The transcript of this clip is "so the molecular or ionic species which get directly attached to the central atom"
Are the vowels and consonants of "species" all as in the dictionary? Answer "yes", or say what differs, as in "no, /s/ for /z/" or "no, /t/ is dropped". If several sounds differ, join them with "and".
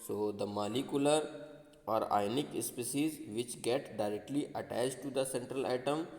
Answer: no, /s/ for /ʃ/